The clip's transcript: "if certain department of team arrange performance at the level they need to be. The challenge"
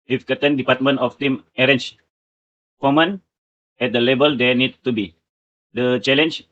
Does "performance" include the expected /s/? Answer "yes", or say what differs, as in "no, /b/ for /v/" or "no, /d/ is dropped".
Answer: no, /s/ is dropped